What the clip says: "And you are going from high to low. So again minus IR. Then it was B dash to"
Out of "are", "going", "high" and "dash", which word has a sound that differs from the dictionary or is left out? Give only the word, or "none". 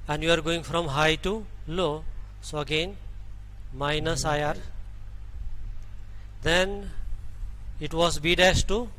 dash